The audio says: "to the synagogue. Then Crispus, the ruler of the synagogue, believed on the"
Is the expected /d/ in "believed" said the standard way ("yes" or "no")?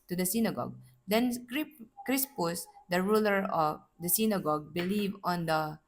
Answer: no